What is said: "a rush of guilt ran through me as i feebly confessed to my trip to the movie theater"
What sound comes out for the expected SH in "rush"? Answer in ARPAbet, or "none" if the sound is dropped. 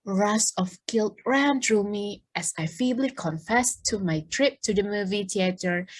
S